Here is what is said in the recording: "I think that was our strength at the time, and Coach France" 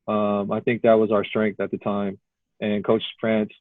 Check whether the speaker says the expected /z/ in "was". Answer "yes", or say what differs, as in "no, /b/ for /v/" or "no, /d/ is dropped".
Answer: yes